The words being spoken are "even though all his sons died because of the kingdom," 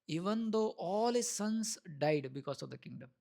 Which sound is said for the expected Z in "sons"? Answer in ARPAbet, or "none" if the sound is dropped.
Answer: S